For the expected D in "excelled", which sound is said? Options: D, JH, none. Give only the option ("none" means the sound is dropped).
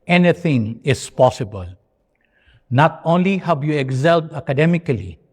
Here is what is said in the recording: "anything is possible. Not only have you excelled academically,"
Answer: none